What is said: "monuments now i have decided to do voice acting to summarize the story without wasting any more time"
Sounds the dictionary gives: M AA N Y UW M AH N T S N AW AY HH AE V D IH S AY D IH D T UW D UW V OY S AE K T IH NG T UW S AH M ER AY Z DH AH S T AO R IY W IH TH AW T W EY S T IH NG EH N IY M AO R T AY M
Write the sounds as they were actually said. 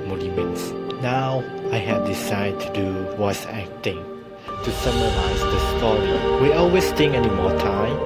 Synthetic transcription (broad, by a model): M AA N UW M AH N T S N AW AY HH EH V D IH S AY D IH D T UW D UW W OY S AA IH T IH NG T UW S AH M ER AY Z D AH S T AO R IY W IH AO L W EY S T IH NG EH N IY M AO T AY M